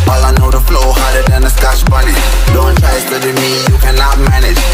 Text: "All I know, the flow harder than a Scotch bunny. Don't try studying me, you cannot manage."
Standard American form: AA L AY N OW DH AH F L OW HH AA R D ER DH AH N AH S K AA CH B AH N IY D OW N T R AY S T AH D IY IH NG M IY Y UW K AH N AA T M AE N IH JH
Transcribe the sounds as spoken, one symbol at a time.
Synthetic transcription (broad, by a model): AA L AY N OW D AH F L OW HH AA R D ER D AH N AH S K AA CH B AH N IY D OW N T AY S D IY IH M IY Y UW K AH N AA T M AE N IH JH